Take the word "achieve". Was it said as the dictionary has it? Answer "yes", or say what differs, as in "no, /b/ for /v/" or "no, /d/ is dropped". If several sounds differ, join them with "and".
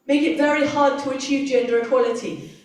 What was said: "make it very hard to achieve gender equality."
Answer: yes